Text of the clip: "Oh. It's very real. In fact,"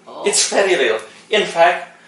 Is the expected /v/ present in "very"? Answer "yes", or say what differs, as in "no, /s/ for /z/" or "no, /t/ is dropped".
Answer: no, /f/ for /v/